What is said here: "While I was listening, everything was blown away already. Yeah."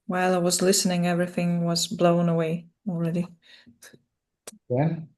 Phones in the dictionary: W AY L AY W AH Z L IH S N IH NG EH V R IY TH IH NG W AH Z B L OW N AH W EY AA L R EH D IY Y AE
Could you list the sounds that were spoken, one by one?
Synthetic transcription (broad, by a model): W AY L AY W AH Z L IH S N IH NG EH V R IY TH IH NG W AH Z B L OW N AH W EY AA L R EH D IY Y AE